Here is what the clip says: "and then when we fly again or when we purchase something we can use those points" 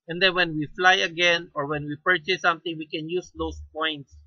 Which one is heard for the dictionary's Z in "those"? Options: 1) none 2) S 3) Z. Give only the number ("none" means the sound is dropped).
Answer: 2